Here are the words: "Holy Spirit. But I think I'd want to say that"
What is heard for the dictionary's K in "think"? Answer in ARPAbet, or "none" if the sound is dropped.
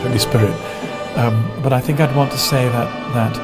K